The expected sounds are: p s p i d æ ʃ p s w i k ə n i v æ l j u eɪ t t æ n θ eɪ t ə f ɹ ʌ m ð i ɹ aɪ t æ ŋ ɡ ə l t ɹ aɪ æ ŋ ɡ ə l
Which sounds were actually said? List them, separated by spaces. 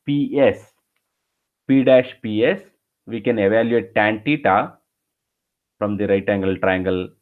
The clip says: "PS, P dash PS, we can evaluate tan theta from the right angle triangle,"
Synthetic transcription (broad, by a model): p s p i d æ ʃ p s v i k ə n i v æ l j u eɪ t t æ n t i t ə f ɹ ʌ m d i ɹ aɪ t æ ŋ ɡ ə l t ɹ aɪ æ ŋ ɡ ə l